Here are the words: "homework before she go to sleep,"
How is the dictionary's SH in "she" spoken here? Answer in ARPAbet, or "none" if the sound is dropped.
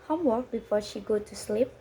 SH